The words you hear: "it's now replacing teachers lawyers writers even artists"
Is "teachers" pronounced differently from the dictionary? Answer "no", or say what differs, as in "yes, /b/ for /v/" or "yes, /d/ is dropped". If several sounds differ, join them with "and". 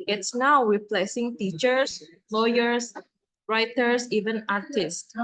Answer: yes, /s/ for /z/